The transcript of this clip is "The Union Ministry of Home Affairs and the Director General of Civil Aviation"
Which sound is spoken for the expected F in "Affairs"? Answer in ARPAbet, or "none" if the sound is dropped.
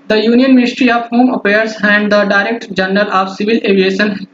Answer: P